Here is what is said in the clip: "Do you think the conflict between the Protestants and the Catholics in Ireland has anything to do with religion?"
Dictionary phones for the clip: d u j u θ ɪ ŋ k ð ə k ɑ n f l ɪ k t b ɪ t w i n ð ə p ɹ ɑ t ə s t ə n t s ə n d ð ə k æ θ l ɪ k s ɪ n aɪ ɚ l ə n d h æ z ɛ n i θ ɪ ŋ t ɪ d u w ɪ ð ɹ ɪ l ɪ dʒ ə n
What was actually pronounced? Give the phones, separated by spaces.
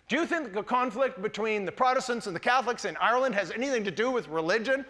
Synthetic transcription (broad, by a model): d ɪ j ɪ θ ɪ ŋ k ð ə k ɑ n f l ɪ k t b ɪ t w i n ð ə p ɹ ɑ t ə s t ə n t s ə n ð ə k æ θ l ɪ k s ɪ n aɪ ɚ l ə n d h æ z ɛ n i θ ɪ ŋ t ɪ d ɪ w ɪ ð ɹ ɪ l ɪ dʒ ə n